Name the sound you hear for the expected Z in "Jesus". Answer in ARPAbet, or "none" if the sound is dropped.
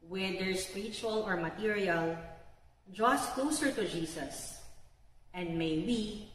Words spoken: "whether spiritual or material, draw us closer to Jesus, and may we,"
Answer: S